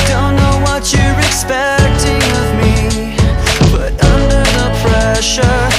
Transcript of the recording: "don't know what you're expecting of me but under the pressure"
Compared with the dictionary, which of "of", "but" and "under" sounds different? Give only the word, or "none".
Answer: none